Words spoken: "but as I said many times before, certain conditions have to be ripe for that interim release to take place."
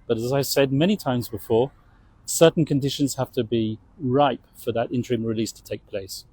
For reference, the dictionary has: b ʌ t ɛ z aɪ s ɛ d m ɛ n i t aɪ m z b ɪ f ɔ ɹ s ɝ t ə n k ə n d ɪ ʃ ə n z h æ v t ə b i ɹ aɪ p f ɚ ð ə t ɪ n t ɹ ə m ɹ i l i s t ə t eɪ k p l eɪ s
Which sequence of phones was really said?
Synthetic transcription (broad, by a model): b ʌ t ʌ z aɪ s ɛ d m ɛ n i t aɪ m z b ɪ f ɔ ɹ s ɝ t n k ə n d ɪ ʃ ə n z h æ f t ə b i ɹ aɪ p f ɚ ð ə t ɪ n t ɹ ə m ɹ i l i s t ə t eɪ k p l eɪ s